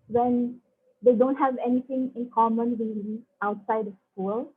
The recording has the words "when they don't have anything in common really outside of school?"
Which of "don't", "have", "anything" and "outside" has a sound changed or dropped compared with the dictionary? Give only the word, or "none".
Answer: anything